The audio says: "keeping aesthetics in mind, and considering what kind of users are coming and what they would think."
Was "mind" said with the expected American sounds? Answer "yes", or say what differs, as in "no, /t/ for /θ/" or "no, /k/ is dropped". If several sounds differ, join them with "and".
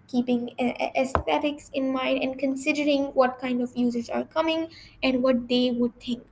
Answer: yes